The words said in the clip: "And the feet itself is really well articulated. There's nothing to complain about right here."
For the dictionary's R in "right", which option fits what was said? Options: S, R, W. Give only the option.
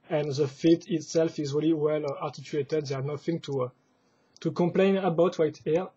W